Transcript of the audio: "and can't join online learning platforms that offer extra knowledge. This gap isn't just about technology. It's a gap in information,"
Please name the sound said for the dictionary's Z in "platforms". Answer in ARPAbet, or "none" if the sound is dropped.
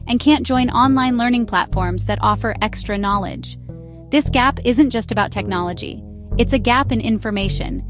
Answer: Z